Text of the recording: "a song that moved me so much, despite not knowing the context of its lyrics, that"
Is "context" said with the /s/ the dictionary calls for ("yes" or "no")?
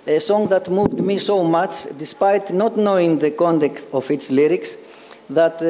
no